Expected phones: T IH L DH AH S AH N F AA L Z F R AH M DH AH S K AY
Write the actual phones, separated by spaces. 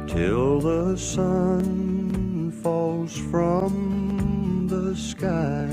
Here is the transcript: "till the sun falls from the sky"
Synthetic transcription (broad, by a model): T IH L DH AH S AH N F AA L Z F R AH M DH AH S K AY